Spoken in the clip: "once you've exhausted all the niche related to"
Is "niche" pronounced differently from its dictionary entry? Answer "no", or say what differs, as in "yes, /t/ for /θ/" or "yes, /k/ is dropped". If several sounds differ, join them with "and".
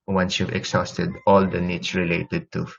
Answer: yes, /s/ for /tʃ/